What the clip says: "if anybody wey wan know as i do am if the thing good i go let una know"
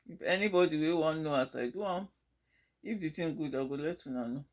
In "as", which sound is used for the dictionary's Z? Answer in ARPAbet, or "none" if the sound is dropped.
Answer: S